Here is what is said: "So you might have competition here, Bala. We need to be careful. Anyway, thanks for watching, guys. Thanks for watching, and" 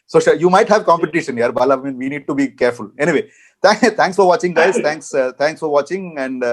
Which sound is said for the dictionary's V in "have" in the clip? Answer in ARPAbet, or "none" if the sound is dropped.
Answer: V